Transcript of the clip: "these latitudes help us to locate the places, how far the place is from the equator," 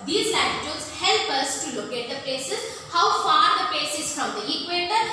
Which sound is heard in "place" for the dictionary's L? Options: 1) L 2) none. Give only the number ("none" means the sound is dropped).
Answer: 2